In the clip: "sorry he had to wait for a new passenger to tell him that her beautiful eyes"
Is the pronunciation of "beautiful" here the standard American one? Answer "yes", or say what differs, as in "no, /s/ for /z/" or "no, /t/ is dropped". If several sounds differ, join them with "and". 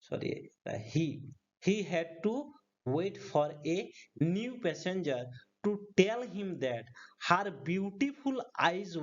no, /p/ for /f/